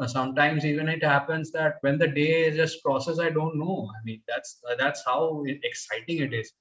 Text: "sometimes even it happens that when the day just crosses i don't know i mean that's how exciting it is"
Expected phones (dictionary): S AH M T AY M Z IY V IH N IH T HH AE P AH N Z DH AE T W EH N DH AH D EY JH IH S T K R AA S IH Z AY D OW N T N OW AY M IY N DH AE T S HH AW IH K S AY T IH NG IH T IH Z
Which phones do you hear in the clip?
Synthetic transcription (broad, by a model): S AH M T AY M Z IY V IH N IH T HH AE P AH N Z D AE T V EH N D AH D EY Z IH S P R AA S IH S AY D OW N T N OW AY M IY N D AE T S HH AW IH K S AY T IH NG IH T IH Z